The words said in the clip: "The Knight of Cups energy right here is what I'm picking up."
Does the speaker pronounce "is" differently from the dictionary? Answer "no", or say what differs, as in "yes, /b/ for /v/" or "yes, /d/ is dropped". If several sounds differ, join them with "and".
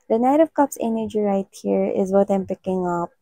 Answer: no